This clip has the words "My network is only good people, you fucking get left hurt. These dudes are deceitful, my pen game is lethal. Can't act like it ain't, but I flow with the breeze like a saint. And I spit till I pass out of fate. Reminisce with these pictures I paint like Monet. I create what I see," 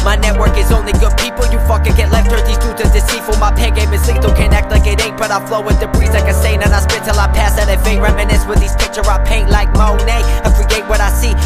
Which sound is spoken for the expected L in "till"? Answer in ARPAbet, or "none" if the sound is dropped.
L